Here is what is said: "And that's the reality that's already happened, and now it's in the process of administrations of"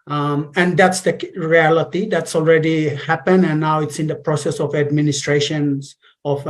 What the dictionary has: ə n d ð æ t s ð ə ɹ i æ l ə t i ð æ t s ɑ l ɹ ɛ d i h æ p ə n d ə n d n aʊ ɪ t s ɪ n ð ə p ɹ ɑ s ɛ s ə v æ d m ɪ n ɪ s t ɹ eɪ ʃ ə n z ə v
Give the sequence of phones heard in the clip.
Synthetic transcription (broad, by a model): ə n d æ t s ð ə ɹ i æ l ə t i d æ t s ɑ l ɹ ɛ d i h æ p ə n ə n n aʊ ɪ t s ɪ n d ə p ɹ ɑ s ɛ s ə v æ d m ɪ n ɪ s t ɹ eɪ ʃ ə n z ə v